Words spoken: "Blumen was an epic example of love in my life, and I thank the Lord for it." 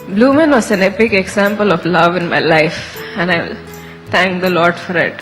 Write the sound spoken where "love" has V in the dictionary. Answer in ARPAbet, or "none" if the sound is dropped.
V